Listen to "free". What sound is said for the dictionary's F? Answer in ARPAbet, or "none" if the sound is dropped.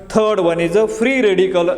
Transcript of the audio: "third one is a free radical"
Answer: P